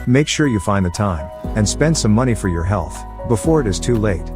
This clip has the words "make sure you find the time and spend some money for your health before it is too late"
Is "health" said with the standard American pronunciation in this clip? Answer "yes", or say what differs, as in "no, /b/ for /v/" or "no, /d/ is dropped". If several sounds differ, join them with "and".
yes